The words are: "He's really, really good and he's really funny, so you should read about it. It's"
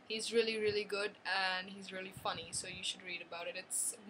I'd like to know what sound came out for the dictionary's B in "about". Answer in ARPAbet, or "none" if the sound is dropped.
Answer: B